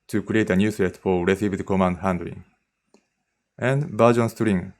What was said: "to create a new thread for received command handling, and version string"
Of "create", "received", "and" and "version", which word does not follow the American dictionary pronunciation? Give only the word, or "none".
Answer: version